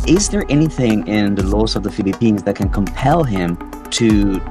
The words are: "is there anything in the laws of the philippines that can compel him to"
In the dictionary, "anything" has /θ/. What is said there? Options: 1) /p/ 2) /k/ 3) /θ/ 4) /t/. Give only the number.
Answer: 3